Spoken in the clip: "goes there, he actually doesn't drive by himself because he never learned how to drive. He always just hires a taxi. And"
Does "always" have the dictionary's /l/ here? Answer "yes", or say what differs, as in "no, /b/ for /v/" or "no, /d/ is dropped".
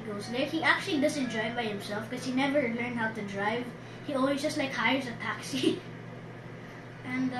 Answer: no, /n/ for /l/